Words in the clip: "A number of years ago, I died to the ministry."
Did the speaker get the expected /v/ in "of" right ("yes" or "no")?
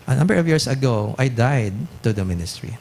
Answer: yes